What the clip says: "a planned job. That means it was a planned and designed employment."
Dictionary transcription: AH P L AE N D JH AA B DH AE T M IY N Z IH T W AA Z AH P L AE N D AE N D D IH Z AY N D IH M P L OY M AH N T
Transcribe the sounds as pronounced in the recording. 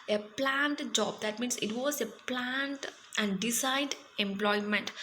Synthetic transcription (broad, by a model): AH P L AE N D JH AA B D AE T M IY N S IH T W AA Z AH P L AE N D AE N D D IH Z AY D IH M P L OY M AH N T